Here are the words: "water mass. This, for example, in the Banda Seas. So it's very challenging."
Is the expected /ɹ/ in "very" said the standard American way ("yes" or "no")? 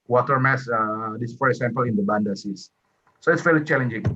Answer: no